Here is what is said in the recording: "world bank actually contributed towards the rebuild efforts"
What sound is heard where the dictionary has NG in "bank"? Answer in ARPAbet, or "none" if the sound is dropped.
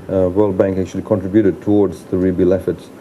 NG